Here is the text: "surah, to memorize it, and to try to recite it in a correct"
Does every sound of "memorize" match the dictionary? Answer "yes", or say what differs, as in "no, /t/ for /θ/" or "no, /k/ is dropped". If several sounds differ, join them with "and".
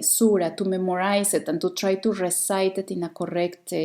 no, /s/ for /z/